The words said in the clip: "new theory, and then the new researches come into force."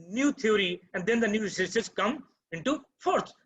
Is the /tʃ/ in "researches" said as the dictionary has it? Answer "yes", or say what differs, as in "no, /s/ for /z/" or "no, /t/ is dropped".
no, /s/ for /tʃ/